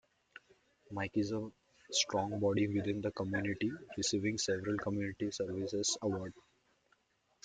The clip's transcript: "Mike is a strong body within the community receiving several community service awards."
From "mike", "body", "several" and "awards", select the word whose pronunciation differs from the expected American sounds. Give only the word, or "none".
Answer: awards